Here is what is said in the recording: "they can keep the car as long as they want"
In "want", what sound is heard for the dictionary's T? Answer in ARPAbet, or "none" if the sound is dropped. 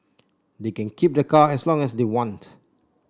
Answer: T